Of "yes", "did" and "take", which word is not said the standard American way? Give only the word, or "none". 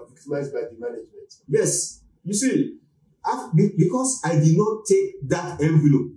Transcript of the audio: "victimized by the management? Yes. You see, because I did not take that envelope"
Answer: none